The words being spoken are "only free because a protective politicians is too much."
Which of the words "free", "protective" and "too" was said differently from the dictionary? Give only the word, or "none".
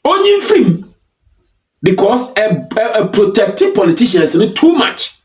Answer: free